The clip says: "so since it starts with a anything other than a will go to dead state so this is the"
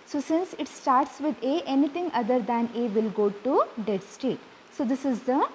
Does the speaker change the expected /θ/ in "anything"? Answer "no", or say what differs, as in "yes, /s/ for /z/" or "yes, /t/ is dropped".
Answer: yes, /t/ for /θ/